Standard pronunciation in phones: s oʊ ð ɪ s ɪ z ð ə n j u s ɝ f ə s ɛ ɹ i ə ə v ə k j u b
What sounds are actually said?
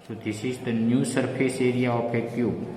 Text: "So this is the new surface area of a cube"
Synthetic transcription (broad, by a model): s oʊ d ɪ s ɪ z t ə n j u s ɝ p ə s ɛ ɹ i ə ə p ə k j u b